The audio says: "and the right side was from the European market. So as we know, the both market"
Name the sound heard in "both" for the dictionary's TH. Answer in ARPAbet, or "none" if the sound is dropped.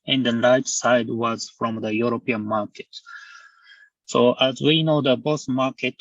S